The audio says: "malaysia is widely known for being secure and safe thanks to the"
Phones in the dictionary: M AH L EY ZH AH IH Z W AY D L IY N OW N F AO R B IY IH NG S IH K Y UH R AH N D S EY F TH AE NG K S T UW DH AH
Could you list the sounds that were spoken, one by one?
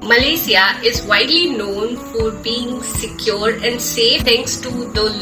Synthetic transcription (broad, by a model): M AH L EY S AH IH Z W AY D L IY N OW N F AO R B IY IH NG S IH K Y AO R AH N D S EY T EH NG K S T UW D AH